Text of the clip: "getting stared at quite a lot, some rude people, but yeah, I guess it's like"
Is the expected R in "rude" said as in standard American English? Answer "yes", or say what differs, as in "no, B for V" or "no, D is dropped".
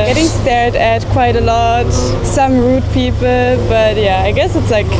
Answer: yes